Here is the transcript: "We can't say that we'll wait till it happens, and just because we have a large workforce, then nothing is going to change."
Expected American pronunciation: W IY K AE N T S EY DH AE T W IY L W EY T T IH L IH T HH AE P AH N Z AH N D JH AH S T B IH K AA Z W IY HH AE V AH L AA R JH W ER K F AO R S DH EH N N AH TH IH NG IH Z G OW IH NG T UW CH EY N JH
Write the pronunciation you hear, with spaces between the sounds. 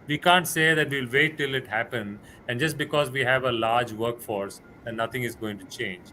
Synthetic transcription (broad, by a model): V IY K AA N T S EY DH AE T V IY L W EY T T IH L IH T HH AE P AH N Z AH N D JH AH S T B IH K AA Z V IY HH AE V AH L AA R JH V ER K F AO R S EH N N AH T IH NG IH Z G OW IH NG T UW CH EY N JH